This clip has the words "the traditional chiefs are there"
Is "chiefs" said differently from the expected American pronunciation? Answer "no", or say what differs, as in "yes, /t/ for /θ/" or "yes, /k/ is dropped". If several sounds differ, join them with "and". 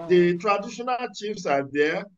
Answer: no